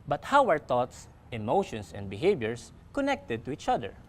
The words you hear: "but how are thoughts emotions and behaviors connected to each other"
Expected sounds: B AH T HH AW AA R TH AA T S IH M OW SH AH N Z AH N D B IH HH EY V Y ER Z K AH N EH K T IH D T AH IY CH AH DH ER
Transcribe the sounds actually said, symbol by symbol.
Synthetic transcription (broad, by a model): B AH T HH AW AA R T AA T S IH M OW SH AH N S AH N D B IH HH EY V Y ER S K AH N EH K T IH D T AH IY CH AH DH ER